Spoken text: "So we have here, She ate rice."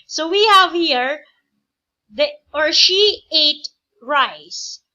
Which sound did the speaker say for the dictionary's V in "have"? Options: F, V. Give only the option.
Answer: V